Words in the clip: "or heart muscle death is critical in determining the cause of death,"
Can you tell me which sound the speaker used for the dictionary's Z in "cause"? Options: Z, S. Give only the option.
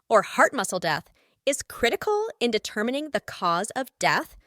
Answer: Z